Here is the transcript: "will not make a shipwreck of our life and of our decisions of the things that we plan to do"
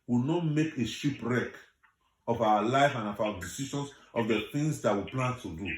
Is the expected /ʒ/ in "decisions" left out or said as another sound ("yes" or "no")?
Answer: yes